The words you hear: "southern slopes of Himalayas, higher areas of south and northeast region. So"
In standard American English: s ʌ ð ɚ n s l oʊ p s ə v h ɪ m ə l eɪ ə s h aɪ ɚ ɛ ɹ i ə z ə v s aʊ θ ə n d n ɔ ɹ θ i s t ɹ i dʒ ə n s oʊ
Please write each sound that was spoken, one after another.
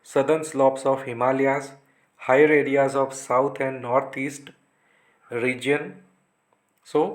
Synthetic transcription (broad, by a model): s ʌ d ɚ n s l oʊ p s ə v h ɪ m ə l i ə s h aɪ ɚ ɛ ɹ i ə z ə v s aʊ t ə n d n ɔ ɹ t i s t ɹ i dʒ ə n s oʊ